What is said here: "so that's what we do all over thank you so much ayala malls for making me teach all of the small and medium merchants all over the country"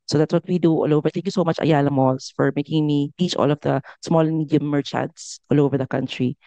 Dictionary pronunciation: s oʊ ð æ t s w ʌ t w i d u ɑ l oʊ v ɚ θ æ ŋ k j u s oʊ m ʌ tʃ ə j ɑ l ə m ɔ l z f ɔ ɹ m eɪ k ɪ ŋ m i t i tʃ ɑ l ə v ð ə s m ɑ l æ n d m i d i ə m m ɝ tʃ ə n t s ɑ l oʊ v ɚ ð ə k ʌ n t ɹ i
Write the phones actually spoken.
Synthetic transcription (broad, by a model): s oʊ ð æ t s w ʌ t w i d u ɑ l oʊ v ɚ t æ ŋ k j u s oʊ m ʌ tʃ ə j ɑ l ə m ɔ l s f ɔ ɹ m eɪ k ɪ ŋ m i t i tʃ ɑ l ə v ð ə s m ɑ l m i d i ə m m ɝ tʃ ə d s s ɑ l oʊ v ɚ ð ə k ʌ n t ɹ i